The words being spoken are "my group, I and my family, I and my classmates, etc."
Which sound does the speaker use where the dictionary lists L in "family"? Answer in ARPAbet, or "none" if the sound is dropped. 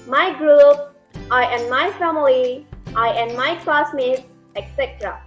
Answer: none